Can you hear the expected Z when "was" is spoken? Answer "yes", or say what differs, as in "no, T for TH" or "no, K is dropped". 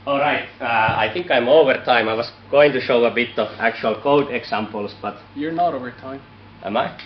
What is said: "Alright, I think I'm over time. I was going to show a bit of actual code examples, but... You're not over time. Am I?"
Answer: no, S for Z